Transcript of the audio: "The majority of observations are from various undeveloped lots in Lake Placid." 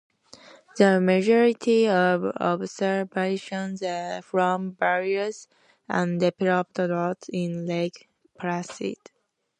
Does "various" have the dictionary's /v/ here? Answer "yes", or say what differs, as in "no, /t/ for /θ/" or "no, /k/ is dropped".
no, /b/ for /v/